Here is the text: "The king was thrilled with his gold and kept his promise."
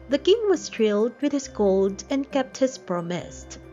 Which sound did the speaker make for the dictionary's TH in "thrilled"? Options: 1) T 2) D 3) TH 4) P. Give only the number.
1